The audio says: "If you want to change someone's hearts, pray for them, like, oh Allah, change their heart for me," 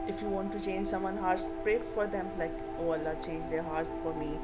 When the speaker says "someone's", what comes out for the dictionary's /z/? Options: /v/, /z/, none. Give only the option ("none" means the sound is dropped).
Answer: none